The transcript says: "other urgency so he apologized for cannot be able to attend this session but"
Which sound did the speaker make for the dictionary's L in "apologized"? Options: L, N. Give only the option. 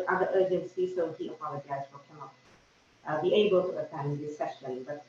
N